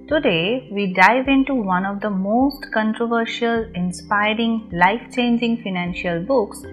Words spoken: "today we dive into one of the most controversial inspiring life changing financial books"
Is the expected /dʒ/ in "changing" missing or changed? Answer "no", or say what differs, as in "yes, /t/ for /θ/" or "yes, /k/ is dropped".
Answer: no